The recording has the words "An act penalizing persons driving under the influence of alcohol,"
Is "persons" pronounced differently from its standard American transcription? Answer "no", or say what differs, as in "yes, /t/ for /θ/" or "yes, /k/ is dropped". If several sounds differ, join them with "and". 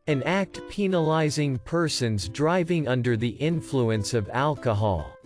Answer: no